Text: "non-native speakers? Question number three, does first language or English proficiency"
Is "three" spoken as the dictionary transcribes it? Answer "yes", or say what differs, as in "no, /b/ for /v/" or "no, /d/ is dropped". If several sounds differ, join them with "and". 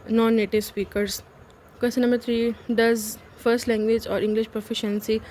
no, /t/ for /θ/